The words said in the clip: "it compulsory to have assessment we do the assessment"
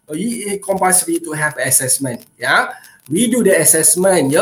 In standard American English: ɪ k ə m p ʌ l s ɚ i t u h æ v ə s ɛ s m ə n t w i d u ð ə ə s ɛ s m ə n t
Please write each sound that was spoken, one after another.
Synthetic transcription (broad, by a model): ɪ k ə m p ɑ s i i t u h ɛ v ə s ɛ s m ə n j w i d u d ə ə s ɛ s m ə n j